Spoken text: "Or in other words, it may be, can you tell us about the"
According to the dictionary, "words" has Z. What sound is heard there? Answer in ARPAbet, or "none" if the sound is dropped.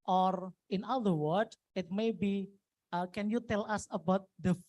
none